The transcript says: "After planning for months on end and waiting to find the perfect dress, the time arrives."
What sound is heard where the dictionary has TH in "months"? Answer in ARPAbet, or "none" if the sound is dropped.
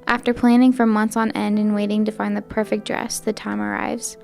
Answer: TH